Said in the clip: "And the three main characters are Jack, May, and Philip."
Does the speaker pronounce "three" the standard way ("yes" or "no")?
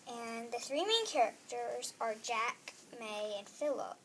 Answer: yes